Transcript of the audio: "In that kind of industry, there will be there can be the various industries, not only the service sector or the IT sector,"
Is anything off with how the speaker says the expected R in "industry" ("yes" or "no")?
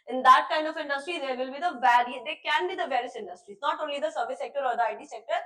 no